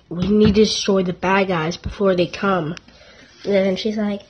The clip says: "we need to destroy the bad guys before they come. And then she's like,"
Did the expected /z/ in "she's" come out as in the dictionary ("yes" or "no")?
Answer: yes